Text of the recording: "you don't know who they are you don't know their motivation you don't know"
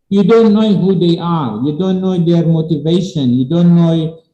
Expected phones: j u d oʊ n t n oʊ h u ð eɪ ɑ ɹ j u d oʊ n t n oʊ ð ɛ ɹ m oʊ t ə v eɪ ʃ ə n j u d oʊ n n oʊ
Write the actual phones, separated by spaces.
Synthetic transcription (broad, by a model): j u d oʊ n t n oʊ h u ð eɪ ɑ ɹ j u d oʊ n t n oʊ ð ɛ ɹ m oʊ t ə v eɪ ʃ ə n j u d oʊ n n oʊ